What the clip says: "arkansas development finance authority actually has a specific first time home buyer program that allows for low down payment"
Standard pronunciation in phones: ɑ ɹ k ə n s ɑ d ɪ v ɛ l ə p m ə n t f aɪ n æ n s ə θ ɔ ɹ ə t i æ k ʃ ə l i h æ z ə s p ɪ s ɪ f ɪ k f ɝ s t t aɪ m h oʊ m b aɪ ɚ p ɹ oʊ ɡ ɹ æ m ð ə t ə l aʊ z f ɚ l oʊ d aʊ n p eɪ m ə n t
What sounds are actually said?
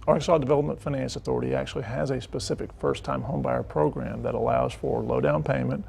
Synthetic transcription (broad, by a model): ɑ ɹ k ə s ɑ d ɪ v ɛ l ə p m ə n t f aɪ n æ n s ə θ ɔ ɹ ə t i æ k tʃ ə l i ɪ z ə s p ɪ s ɪ f ɪ k f ɝ s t t aɪ m h oʊ m b aɪ ɚ p ɹ oʊ ɡ ɹ æ m ð ə t ə l aʊ z f ɚ l oʊ d aʊ n p eɪ m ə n t